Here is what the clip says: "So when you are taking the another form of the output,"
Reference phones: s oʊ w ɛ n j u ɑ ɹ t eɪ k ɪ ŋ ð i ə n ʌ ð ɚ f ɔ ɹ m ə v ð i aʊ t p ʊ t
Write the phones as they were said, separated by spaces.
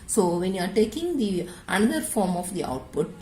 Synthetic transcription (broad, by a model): s oʊ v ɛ n j u ɑ ɹ t eɪ k ɪ ŋ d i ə n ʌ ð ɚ f ɔ ɹ m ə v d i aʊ t p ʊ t